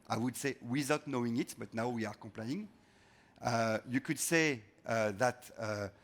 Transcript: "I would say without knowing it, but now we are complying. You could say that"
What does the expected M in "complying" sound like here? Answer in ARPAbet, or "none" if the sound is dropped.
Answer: none